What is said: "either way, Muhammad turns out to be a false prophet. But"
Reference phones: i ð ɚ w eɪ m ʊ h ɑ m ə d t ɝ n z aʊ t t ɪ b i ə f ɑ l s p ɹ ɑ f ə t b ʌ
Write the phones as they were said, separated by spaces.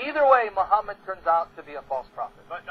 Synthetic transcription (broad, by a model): i ð ɚ w eɪ m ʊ h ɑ m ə d t ɝ n z aʊ t t ɪ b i ə f ɑ l s p ɹ ɑ f ə t